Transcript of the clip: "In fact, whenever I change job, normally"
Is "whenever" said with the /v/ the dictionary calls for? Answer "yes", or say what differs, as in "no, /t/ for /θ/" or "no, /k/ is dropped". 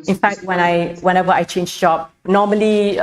no, /w/ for /v/